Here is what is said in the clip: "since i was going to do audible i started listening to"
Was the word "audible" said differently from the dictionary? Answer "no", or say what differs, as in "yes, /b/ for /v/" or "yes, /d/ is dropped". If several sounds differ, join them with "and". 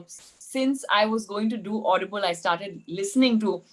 no